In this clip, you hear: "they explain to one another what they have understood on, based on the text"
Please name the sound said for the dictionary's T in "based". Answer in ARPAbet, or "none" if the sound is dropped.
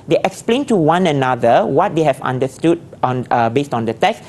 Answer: T